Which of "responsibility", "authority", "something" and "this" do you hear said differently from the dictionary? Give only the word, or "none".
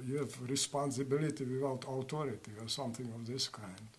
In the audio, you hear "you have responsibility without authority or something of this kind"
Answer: authority